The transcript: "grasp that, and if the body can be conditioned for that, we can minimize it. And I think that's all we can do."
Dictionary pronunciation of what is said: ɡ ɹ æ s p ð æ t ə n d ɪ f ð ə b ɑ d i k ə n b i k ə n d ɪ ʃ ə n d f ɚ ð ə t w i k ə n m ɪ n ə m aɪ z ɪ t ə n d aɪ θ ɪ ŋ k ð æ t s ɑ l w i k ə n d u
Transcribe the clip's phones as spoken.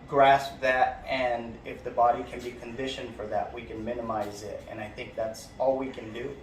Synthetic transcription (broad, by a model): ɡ ɹ æ s p ð æ t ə n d ɪ f ð ə b ɑ d i k ə n b i k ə n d ɪ ʃ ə n f ɚ ð ə t w i k ə n m ɪ n ə m aɪ z ɪ t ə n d aɪ θ ɪ ŋ k ð æ t s ɑ l w i k ə n d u